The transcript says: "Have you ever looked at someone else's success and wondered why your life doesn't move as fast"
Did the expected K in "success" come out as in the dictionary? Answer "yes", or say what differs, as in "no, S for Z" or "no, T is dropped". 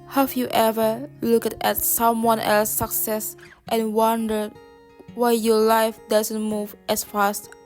no, K is dropped